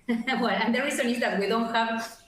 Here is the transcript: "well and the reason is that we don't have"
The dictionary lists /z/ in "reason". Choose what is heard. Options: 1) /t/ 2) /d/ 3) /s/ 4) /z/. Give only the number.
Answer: 3